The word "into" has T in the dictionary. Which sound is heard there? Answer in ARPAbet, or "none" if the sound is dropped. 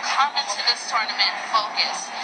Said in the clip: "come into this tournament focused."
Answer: T